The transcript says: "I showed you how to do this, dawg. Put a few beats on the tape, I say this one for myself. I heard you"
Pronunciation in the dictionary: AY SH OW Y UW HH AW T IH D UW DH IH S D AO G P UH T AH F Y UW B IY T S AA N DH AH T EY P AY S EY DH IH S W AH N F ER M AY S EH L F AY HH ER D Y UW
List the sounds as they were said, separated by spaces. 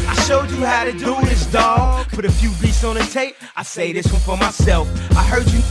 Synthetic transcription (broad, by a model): AY SH OW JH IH HH AW T IH D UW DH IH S D AO G B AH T AH F Y UW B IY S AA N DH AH T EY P AY S EY DH IH S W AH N F ER M AY S EH L F AY HH ER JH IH